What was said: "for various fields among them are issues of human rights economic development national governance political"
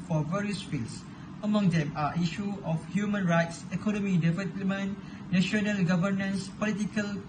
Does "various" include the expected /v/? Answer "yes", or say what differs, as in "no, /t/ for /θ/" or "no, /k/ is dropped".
yes